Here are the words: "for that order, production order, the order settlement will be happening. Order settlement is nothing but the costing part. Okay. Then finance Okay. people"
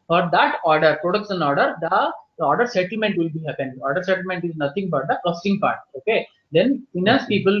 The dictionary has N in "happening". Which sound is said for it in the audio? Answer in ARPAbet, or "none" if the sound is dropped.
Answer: none